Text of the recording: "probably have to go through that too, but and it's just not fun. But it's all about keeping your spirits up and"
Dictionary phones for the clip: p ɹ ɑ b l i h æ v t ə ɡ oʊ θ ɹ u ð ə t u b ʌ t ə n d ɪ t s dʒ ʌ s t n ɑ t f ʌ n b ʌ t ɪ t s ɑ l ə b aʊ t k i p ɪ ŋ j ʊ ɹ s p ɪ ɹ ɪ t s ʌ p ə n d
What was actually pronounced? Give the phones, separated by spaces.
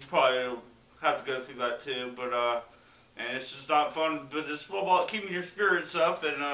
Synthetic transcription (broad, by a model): p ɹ ɑ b l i h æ f t ə ɡ oʊ θ ɹ u ð ə t u b ʌ t ə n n ɪ t s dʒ ʌ s n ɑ t f ʌ n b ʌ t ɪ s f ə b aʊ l k i p ɪ ŋ j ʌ ɹ s p ɪ ɹ ɪ t s ʌ p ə n